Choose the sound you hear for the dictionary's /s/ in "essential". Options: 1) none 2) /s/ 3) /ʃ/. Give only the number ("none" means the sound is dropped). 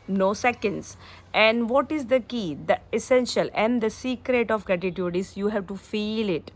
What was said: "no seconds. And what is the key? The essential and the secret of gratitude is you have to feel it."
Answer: 2